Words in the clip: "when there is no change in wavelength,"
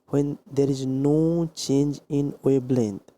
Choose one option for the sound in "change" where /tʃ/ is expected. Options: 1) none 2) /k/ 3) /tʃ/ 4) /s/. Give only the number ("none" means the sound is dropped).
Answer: 3